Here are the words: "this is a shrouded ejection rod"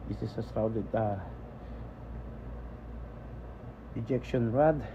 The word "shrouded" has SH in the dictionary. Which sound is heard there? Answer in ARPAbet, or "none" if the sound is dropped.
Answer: S